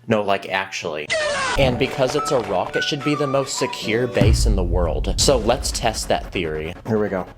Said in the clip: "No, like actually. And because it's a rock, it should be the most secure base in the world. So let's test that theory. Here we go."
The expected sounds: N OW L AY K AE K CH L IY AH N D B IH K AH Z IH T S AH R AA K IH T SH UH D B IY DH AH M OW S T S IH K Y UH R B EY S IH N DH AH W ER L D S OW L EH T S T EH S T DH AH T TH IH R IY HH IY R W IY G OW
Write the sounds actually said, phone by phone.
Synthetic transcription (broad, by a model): N OW L AY K AE K CH L IY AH N B IH K AH Z IH T S AH R AA K IH T SH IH D B IY DH AH M OW S T S IH K Y UH R B EY S IH N DH AH W ER L D S OW L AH T S T EH S T DH AH T TH IH R IY HH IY R W IY G OW